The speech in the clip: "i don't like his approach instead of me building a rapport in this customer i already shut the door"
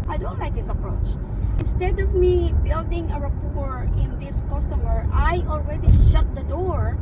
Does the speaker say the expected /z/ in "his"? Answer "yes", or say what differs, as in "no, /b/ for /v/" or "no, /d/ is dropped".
no, /s/ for /z/